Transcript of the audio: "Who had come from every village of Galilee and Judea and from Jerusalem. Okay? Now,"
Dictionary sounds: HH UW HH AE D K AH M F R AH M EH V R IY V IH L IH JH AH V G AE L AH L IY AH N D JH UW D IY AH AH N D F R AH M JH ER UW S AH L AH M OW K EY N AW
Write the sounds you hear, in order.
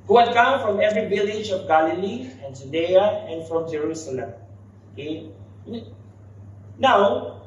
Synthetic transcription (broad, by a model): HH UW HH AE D K AH M F R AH M EH V R IY V IH L IH JH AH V G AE L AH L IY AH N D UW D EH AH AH N F R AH M JH ER UW S AH L AH M OW K EY N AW